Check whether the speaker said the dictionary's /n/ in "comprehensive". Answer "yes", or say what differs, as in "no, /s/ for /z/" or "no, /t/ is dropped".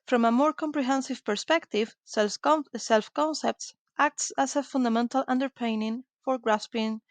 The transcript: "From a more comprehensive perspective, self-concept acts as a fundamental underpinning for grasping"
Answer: yes